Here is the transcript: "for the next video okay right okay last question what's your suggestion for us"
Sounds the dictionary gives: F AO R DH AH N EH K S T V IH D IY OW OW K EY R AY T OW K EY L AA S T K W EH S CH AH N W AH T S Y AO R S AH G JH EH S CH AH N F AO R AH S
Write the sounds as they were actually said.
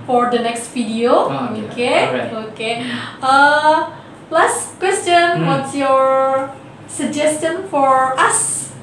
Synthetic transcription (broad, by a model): F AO R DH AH N EH K S T F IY D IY OW OW K EY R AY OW K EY L AA S T K W EH S CH AH N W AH T S Y AO R S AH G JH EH S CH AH N F AO R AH S